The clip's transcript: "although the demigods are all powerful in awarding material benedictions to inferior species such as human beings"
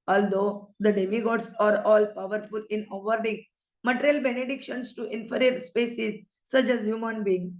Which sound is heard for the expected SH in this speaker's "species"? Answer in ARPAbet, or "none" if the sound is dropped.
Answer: S